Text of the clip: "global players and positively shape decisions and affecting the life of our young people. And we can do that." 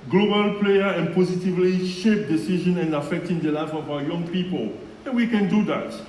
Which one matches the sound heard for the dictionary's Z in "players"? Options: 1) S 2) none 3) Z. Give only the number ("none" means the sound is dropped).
2